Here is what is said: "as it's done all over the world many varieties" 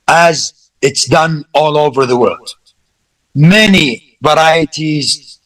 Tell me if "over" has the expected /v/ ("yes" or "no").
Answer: yes